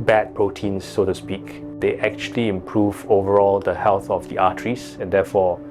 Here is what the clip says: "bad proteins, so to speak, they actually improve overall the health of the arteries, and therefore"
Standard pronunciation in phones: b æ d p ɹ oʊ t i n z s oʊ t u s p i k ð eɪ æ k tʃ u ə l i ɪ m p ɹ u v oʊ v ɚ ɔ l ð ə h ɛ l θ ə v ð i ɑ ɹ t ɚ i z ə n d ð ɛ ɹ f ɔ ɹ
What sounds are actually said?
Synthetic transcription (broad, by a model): b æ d p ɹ oʊ t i n s oʊ t u s p i k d eɪ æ k tʃ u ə l i ɪ m p ɹ u v oʊ v ɚ ɔ l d ə h ɛ l θ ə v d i ɑ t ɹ i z ə n d ɛ f ɔ